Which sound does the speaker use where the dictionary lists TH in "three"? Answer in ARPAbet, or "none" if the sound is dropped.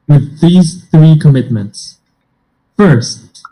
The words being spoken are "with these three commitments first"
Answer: TH